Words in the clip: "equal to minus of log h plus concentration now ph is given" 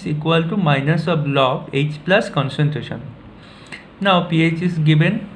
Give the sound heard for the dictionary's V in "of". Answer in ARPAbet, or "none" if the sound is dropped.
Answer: B